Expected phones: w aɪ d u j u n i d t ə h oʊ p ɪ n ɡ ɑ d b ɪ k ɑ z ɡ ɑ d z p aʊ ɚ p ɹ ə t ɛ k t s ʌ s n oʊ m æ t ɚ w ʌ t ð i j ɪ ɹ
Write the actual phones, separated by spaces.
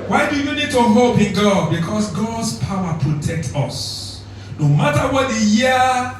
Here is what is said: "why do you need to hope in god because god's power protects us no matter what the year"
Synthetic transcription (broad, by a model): w aɪ d u j u n i d t ə h oʊ p ɪ n ɡ ɑ d b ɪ k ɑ s ɡ ɑ d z p aʊ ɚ p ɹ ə t ɛ k t ɔ s n oʊ m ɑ t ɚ w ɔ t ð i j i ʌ